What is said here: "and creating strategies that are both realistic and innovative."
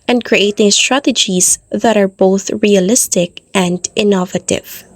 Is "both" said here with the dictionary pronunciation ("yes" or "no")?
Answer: yes